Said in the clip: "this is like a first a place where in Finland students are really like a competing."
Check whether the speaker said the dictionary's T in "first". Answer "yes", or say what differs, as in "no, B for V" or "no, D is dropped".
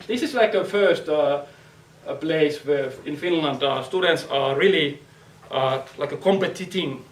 yes